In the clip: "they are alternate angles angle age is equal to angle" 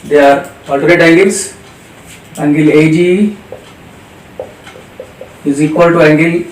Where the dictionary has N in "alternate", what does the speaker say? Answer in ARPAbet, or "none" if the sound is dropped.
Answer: none